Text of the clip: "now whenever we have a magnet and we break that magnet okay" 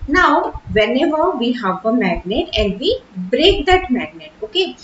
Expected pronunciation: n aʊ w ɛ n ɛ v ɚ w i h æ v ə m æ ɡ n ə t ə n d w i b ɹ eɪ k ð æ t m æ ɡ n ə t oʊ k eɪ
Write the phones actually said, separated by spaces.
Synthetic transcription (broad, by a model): n aʊ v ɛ n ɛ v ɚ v i h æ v ə m æ ɡ n ə t ə n d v i b ɹ eɪ k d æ t m æ ɡ n ə t oʊ k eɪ